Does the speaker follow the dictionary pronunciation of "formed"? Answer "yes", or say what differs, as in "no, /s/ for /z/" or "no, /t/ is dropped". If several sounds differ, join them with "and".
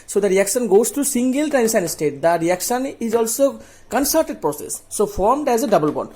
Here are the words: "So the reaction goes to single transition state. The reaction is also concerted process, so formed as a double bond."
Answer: yes